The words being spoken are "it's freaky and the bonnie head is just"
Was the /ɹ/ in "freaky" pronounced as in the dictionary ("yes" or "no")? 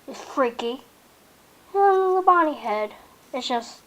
yes